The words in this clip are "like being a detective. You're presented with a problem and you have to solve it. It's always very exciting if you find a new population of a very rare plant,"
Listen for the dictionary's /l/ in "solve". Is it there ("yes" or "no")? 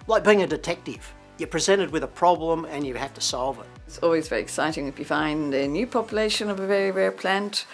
yes